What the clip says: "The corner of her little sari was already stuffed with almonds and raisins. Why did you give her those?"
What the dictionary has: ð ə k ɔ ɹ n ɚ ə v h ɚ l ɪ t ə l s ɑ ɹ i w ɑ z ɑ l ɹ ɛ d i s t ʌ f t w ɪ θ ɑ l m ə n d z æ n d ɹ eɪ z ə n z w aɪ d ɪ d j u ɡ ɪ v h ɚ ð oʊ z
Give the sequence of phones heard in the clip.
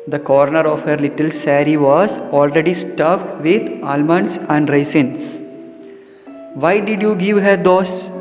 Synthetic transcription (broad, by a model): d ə k ɔ ɹ n ɚ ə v h ɚ l ɪ t ə l s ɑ ɹ i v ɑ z ɑ l ɹ ɛ d i s t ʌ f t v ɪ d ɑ l m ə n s æ n d ɹ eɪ s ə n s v aɪ d ɪ d j u ɡ ɪ v h ɚ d oʊ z